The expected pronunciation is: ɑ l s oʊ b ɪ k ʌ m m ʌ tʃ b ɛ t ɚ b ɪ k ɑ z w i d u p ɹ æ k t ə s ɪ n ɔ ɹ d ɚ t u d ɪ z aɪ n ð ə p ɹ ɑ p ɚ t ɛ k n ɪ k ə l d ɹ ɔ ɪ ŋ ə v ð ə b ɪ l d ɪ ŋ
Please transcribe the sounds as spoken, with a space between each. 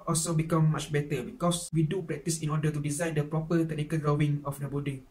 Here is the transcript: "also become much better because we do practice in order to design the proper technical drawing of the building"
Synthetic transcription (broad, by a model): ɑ l s oʊ b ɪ k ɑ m m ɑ tʃ b ɛ t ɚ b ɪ k ɑ s w i d u p ɹ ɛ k t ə s ɪ n ɔ d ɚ t u d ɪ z aɪ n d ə p ɹ ɑ p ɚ t ɛ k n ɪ k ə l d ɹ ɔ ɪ ŋ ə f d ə b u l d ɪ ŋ